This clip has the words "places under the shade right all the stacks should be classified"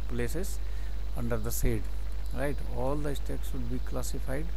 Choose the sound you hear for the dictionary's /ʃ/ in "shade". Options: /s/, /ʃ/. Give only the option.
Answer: /s/